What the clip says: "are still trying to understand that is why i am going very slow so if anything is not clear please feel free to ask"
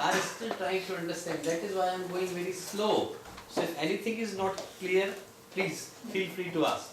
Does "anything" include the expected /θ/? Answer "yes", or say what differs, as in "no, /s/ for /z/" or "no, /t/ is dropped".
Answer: no, /t/ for /θ/